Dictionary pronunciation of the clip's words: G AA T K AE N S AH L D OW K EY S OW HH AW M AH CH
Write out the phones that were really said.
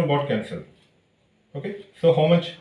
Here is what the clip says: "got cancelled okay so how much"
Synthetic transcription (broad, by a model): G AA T K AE N S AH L OW K EY S OW HH AW M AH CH